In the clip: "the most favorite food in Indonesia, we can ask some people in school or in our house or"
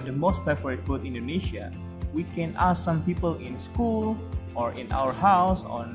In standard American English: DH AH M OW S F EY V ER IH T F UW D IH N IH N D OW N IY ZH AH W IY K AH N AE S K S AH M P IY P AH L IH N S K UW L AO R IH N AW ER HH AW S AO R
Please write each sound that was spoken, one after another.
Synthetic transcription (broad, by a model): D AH M OW S P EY F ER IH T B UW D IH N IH N D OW N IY SH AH W IY K AH N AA S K S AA M P IY P AH L IH N S K UW L AO R IH N AW ER HH AW S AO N